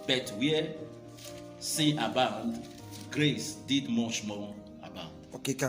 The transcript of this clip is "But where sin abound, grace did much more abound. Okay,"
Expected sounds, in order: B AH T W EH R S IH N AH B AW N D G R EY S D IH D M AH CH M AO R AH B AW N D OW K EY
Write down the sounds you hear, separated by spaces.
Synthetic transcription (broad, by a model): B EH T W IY S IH AH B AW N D G R EY S D IH D M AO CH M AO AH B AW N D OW K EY